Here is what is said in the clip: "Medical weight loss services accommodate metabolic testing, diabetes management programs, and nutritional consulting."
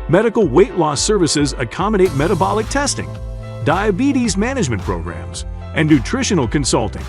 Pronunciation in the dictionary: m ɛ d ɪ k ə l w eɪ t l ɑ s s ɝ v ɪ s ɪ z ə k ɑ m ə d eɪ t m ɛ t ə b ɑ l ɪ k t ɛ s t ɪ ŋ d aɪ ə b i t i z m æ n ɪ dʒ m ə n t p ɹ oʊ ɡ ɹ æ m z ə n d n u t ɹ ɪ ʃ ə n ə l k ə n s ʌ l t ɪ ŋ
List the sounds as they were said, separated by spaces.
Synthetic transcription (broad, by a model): m ɛ d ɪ k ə l w eɪ t l ɑ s s ɝ v ɪ s ɪ z ə k ɑ m ə d eɪ t m ɛ t ə b ɑ l ɪ k t ɛ s t ɪ ŋ d aɪ ə b i t i z m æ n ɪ dʒ m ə n p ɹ oʊ ɡ ɹ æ m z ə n n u t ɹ ɪ ʃ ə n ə l k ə n s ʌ l t ɪ ŋ